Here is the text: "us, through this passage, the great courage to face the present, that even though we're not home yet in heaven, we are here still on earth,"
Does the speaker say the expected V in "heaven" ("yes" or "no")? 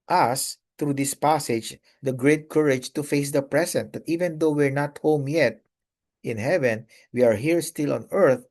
yes